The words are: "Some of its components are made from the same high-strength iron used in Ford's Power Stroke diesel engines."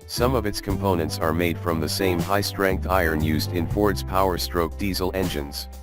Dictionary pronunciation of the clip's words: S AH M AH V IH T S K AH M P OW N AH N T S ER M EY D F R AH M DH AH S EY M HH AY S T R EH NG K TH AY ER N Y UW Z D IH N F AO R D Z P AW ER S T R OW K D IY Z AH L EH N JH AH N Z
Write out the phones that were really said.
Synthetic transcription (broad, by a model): S AH M AH V IH T S K AH M P OW N AH N T S ER M EY D F R AH M DH AH S EY M HH AY S T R EH NG K T AY ER N Y UW Z D IH N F AO R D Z P AW ER S T R OW K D IY Z L EH N JH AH N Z